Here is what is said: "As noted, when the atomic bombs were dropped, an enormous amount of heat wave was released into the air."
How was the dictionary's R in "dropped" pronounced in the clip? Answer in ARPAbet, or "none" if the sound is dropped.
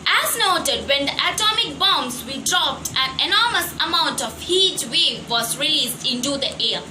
R